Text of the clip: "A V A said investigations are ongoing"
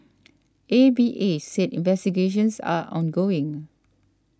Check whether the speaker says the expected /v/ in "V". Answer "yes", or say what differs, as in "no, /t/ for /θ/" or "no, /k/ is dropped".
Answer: no, /b/ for /v/